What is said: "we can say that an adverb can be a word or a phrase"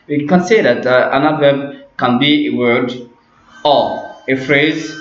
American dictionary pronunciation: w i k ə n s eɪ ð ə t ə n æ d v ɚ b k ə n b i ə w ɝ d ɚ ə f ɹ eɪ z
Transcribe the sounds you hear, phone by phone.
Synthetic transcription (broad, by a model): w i k ə n s eɪ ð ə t ə n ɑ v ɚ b k ə n b i ə w ɝ d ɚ ə f ɹ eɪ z